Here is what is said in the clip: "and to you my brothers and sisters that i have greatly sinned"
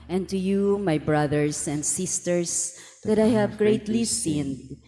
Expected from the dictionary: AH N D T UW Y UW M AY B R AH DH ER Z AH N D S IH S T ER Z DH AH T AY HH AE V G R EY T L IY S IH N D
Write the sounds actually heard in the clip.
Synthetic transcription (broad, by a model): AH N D T UW Y UW M AY B R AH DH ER S AH N D S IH S T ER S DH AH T AY HH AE V G R EY T L IY S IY N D